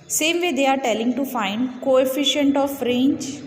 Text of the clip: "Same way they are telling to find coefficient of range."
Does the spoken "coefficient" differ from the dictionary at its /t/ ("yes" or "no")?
no